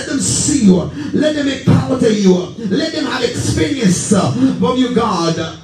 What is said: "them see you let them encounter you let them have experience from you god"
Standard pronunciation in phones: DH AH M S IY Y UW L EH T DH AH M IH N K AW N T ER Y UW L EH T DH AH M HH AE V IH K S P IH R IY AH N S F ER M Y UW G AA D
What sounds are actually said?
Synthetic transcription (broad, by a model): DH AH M S IY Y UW L EH T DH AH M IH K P AW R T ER Y UW L EH T DH AH M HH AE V IH K S P IH R IY AH N S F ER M Y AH G AA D